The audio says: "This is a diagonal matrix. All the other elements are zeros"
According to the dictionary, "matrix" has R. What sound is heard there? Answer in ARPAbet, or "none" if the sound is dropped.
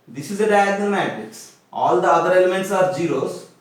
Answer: none